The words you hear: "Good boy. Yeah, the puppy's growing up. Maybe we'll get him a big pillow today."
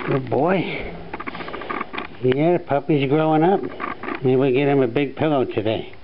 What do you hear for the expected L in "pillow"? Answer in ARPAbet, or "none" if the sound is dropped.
L